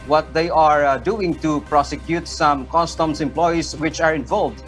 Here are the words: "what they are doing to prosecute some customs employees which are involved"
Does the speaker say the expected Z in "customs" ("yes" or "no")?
no